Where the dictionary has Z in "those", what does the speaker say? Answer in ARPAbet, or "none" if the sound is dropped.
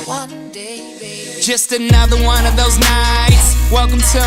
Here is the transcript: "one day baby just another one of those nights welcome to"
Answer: Z